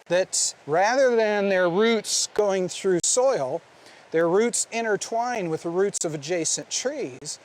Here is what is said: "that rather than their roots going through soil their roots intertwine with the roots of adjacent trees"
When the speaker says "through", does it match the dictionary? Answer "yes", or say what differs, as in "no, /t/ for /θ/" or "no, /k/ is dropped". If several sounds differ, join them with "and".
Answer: yes